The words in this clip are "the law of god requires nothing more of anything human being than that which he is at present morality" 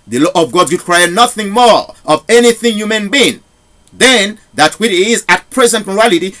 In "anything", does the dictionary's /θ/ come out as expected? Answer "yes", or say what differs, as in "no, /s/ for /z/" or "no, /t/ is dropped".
yes